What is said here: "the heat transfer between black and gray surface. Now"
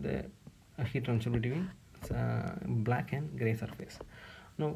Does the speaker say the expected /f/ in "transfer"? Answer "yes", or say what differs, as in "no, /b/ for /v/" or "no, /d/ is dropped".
no, /f/ is dropped